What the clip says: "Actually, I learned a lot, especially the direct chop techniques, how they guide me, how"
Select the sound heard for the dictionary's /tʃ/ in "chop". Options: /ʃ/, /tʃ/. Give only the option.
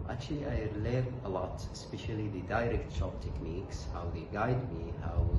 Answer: /ʃ/